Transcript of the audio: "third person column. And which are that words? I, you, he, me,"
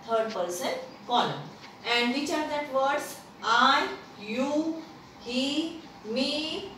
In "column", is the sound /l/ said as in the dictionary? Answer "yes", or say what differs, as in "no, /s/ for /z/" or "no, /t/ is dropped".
no, /n/ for /l/